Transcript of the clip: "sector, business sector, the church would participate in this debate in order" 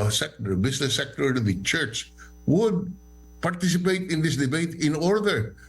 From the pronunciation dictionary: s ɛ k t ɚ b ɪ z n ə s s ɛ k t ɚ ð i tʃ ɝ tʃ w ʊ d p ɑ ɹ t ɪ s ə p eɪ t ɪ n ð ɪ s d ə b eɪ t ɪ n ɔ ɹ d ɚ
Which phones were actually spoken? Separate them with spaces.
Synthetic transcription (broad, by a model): s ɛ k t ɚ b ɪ s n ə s s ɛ k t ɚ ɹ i tʃ ɝ tʃ w ʊ d p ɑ ɹ t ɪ s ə p eɪ t ɪ n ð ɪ s d ə b eɪ t ɪ n ɔ ɹ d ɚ